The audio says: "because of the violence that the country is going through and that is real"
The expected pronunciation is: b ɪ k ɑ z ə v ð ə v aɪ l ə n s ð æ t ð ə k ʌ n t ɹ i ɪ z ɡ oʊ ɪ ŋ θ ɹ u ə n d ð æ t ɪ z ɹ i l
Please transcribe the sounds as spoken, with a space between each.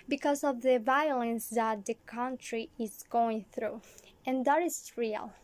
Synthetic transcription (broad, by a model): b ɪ k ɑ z ə v ð ə v aɪ l ə n s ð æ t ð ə k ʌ n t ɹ i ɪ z ɡ oʊ ɪ ŋ θ ɹ u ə n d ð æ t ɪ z ɹ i l